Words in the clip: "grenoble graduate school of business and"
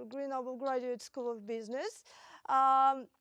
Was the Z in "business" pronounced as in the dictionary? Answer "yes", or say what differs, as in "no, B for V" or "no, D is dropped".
yes